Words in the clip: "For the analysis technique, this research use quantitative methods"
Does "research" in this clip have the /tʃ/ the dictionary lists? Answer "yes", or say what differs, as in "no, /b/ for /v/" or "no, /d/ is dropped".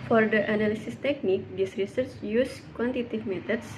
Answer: yes